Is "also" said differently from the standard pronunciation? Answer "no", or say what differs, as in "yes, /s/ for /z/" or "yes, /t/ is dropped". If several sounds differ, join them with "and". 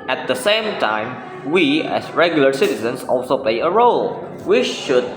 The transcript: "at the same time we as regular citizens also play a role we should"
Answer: no